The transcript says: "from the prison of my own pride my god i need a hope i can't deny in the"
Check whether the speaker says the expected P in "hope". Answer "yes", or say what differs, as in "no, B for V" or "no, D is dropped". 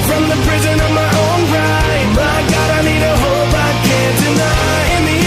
no, B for P